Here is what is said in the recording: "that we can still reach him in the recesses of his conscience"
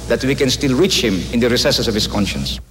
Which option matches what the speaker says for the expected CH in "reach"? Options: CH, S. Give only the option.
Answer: CH